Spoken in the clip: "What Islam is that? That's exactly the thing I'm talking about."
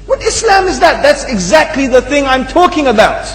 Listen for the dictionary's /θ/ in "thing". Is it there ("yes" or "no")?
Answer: yes